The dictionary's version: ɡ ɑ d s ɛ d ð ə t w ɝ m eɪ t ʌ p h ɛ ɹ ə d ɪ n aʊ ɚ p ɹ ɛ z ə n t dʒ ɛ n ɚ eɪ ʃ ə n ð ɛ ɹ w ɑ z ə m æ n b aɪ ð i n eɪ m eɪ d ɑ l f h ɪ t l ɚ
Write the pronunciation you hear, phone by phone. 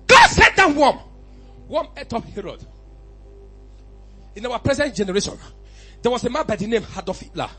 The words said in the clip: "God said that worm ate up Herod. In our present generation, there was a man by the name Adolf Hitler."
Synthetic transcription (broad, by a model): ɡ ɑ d s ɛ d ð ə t w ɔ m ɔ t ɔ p h ɛ ɹ ə d ɪ n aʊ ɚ p ɹ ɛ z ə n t dʒ ɛ n ɚ eɪ ʃ ə n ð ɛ w ɑ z ə m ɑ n b aɪ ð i n eɪ m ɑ d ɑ f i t l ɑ